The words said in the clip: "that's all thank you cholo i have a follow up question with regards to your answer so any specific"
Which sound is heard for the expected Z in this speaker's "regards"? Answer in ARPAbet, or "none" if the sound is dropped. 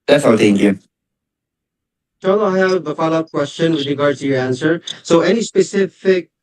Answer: none